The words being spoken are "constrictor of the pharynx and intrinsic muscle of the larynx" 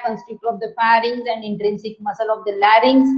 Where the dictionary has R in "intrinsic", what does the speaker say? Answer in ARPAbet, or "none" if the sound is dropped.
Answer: R